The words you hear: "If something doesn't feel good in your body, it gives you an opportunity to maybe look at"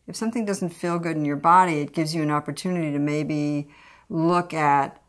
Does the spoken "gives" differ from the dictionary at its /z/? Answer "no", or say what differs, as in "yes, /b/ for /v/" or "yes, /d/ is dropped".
no